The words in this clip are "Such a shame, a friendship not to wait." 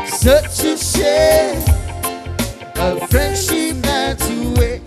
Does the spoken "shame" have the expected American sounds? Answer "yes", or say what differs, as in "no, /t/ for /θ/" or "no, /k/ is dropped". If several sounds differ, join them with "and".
no, /m/ is dropped